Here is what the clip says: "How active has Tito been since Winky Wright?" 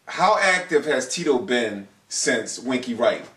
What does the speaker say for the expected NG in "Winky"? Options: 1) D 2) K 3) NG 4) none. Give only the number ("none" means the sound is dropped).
3